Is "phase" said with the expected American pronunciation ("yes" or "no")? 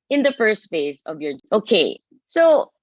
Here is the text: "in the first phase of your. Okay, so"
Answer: yes